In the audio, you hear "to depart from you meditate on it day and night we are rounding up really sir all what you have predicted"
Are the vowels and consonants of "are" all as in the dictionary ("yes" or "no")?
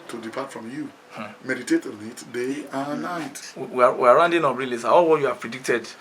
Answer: no